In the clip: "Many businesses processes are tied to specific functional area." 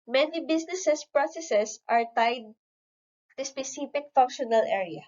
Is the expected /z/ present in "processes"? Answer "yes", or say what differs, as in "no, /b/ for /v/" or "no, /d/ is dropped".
no, /s/ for /z/